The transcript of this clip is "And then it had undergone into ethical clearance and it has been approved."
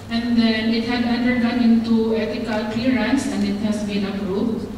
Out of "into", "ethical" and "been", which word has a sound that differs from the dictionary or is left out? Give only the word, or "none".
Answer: ethical